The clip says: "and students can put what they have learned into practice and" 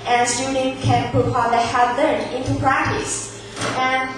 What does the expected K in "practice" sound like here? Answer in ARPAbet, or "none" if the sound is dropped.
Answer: K